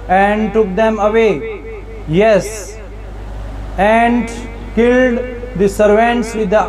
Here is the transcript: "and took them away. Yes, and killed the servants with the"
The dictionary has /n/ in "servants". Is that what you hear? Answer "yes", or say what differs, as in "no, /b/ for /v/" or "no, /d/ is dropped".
yes